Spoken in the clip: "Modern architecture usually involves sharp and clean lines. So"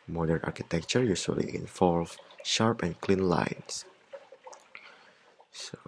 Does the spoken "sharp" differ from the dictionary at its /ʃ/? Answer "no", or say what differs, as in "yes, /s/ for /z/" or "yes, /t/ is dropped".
no